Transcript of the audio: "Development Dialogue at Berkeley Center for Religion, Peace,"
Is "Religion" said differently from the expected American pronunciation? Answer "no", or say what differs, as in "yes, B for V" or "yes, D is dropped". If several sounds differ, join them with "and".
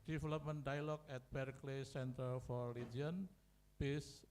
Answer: yes, JH is dropped